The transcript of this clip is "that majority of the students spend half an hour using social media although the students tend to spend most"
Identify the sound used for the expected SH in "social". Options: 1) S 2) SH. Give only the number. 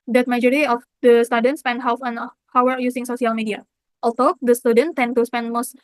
1